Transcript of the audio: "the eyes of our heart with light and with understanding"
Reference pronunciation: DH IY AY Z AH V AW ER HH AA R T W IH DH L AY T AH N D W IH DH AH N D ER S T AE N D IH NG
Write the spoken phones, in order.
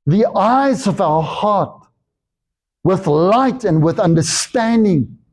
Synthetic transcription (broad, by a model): DH IY AY Z AH V AW ER HH AA R T W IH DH L AY T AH N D W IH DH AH N D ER S T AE N D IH NG